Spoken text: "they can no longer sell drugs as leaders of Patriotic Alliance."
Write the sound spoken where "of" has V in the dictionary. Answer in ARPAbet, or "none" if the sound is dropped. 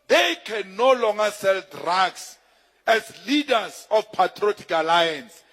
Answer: F